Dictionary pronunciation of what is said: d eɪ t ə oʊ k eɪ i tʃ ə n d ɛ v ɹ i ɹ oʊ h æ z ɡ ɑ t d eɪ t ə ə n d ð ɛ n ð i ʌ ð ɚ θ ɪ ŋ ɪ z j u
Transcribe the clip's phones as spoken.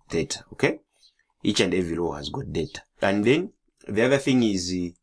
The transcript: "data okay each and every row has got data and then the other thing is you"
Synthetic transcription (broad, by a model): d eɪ t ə oʊ k eɪ i tʃ ə n d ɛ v i l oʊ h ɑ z ɡ ɑ t d eɪ t ə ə n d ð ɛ n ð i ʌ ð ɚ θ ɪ ŋ ɪ z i